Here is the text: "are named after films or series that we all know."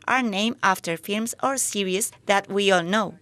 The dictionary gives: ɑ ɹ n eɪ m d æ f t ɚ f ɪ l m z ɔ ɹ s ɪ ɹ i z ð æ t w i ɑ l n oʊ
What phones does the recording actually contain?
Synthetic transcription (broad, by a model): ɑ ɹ n eɪ m æ f t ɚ f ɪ l m s ɔ ɹ s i ɹ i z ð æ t w i ɑ l n oʊ